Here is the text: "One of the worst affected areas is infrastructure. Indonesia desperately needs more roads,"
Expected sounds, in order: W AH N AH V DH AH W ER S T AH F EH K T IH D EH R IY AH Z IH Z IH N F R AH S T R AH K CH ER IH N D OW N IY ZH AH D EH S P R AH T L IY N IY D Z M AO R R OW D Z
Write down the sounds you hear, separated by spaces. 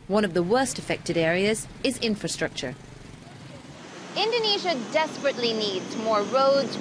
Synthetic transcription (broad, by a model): W AH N AH V DH AH W ER S T AH F EH K T IH D EH R IY AH Z IH Z IH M F R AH S T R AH K CH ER IH N D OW N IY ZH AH D EH S P R AH T L IY N IY D Z M AO R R OW D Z